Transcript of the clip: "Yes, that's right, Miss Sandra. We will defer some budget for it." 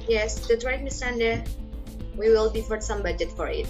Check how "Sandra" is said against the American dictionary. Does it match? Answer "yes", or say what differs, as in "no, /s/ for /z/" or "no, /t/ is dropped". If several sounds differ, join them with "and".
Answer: no, /ɹ/ is dropped